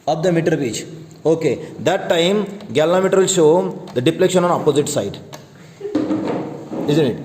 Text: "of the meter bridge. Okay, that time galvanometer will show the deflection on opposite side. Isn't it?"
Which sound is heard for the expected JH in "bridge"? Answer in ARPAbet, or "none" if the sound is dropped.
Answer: CH